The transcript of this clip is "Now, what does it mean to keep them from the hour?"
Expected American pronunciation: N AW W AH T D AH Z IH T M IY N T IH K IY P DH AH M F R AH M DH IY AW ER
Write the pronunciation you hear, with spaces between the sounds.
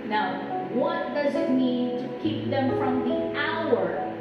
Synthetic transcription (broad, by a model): N AW W AH T D AH Z IH T M IY N T IH K IY P DH AH M F R AH M DH IY AW ER